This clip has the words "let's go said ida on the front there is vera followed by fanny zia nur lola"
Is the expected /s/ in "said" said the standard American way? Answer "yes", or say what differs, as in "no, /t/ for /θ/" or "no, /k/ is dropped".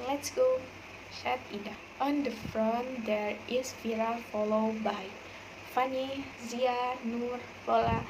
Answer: no, /ʃ/ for /s/